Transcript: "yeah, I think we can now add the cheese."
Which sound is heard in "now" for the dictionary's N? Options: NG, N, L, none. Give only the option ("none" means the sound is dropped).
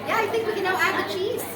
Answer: L